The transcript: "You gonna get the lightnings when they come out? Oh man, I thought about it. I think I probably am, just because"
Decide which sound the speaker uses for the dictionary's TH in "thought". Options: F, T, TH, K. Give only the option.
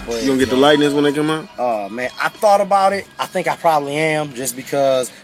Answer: TH